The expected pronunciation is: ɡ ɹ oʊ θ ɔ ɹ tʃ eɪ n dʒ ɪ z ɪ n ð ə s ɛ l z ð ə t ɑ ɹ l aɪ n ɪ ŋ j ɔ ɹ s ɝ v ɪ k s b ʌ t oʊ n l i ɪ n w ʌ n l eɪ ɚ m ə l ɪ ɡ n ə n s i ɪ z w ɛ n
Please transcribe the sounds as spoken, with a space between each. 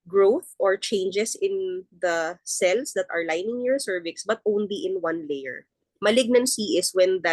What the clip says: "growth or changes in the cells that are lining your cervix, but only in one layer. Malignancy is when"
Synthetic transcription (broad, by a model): ɡ ɹ oʊ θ ɔ ɹ tʃ eɪ n dʒ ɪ s ɪ n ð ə s ɛ l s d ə t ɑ ɹ l aɪ n ɪ ŋ j ɔ ɹ s ɝ v ɪ k s b ʌ t oʊ n l i ɪ n w ʌ n l eɪ ɚ m ə l ɪ ɡ n ə n s i ɪ s w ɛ n